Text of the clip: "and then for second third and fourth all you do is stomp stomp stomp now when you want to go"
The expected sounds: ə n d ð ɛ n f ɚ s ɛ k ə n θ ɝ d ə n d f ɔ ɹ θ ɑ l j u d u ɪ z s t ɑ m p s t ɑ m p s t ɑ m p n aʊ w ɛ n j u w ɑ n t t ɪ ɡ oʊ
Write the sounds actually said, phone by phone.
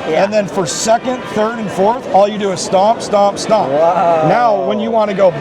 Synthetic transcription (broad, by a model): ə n ð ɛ n f ɚ s ɛ k ə n θ ɝ d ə n f ɔ ɹ θ ɑ l j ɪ d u ɪ z s t ɑ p s t ɑ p s t ɑ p n aʊ w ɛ n j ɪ w ɑ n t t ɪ ɡ oʊ